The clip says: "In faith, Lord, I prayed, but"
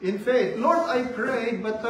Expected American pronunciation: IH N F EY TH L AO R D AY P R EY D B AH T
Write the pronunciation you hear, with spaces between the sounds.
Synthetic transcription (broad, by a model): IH N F EY T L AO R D AY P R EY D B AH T